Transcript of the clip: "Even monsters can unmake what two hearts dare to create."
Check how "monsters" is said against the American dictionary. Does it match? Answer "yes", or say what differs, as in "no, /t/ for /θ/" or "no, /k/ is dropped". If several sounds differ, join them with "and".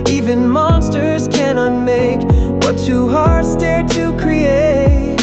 yes